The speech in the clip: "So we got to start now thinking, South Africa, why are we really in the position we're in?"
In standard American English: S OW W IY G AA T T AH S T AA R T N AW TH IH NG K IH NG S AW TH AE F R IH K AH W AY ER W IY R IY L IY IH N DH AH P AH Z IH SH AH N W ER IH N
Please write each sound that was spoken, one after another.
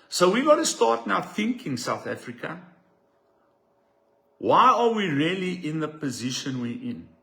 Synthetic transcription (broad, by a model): S OW W IY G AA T T AH S T AA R T N AW TH IH NG K IH NG S AW TH AE F R IH K AH W AY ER W IY R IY L IY IH N DH AH P AH Z IH SH AH N W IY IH N